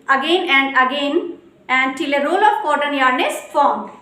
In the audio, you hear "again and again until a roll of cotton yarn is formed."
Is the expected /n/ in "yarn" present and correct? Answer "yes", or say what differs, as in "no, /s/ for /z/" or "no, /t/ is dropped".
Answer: yes